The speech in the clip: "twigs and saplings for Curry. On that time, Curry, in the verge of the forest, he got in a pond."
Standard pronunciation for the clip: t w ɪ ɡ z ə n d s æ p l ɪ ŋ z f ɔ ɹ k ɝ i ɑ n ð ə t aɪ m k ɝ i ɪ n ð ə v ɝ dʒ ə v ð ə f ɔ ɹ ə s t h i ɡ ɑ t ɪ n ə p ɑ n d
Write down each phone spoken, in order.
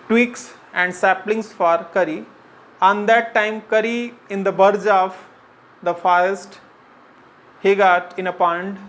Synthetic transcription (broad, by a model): t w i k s ə n d s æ p l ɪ ŋ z f ɔ ɹ k ɝ i ɑ n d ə t aɪ m k ɝ i ɪ n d ə b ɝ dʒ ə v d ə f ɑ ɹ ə s t h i ɡ ɑ t ɪ n ə p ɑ n d